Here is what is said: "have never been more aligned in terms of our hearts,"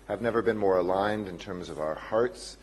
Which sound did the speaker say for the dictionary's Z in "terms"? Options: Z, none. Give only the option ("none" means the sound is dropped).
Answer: Z